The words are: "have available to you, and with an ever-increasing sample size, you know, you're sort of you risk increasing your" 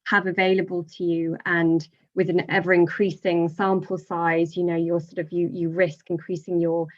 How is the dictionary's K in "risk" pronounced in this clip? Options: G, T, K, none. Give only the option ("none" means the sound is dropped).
K